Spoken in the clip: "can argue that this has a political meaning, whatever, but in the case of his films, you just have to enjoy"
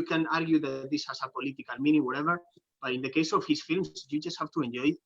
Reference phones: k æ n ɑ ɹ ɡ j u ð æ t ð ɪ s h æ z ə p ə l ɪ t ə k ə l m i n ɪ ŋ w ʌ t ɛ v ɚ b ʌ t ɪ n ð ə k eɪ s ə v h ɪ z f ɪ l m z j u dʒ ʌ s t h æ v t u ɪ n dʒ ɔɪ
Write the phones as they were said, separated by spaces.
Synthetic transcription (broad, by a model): k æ n ɑ ɹ ɡ j u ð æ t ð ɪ s h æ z ə p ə l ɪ t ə k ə l m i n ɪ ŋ w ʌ t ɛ v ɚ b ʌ t ɪ n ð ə k eɪ s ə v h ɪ s f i l m s j u dʒ ʌ s t h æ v t u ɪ n dʒ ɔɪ